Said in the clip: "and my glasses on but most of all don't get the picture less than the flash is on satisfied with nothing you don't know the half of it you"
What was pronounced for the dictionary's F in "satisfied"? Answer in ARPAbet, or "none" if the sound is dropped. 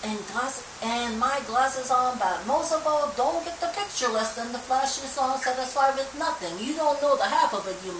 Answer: none